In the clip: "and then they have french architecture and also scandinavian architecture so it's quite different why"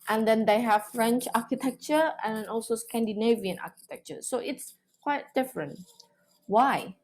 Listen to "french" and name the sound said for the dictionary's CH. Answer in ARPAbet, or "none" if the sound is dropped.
CH